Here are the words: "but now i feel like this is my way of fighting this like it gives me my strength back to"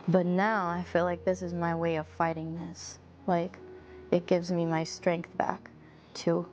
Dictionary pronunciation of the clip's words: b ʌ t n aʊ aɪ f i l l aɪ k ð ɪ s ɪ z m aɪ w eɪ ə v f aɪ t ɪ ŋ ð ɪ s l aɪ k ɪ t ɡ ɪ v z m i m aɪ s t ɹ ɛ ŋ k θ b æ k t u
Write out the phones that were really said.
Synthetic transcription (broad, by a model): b ʌ t n aʊ aɪ f i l l aɪ k ð ɪ s ɪ z m aɪ w eɪ ə v f aɪ t ɪ ŋ ð ɪ s l aɪ k ɪ t ɡ ɪ v z m i m aɪ s t ɹ ɛ ŋ k θ b æ k t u